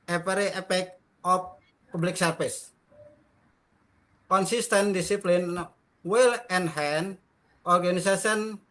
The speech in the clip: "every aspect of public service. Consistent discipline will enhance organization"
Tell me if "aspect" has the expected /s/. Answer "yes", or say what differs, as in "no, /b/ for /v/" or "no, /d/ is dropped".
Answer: no, /s/ is dropped